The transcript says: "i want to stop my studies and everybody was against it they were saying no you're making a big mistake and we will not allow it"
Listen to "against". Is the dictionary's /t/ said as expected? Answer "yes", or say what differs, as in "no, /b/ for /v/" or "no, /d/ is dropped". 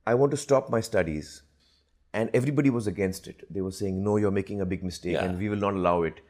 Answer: yes